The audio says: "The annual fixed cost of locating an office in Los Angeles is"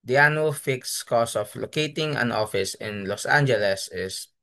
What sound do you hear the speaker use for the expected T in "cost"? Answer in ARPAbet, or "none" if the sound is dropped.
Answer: none